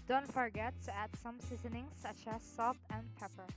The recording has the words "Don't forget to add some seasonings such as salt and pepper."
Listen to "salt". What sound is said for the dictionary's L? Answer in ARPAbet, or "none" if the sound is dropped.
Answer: none